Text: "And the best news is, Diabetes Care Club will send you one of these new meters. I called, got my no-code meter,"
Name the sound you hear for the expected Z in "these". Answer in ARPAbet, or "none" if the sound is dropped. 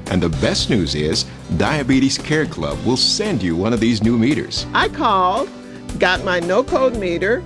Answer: Z